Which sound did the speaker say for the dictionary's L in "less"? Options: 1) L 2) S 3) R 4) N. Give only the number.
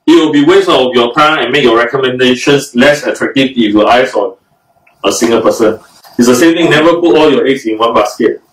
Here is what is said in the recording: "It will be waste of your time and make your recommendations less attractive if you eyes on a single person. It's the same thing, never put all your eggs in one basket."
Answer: 1